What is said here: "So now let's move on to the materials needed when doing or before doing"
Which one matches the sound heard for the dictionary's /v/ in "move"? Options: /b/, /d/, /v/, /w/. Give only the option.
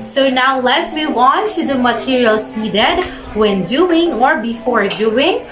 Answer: /w/